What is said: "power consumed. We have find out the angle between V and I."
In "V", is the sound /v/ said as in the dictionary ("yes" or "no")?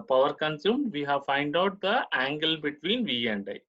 yes